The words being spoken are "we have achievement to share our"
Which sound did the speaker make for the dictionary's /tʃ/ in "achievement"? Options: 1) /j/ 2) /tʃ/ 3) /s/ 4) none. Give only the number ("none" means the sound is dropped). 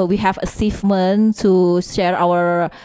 3